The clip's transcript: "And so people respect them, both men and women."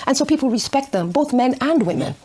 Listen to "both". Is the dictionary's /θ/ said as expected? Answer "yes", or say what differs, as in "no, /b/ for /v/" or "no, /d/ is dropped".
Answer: yes